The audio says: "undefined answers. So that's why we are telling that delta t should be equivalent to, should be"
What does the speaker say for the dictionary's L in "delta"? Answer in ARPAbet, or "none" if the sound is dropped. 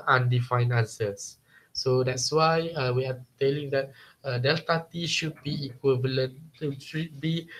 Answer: L